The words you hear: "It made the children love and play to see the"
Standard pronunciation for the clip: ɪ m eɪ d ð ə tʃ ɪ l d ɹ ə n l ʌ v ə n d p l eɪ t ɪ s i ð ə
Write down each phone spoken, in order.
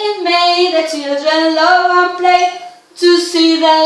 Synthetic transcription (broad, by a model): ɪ m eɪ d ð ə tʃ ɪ d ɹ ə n l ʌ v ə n p l eɪ t ɪ s i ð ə